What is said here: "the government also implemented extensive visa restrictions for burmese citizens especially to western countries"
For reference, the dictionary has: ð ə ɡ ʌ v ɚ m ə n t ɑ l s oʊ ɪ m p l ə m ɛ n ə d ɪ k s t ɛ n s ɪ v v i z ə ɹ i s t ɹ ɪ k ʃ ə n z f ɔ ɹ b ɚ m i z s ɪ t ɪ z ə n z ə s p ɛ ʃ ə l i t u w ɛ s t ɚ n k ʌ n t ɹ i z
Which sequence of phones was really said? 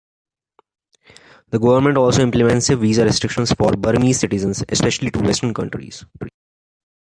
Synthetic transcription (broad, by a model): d ə ɡ ʌ v ɚ m ə n t ɑ l s oʊ ɪ m p l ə m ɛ n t s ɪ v v i z ə ɹ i s t ɹ ɪ k ʃ ə n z f ɔ ɹ b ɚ m i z s ɪ t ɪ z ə n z ə s p ɛ ʃ ə l i t u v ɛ s t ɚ n k ʌ n t ɹ i z